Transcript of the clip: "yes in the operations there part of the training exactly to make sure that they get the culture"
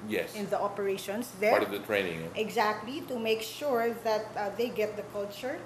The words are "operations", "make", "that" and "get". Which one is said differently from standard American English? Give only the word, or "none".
operations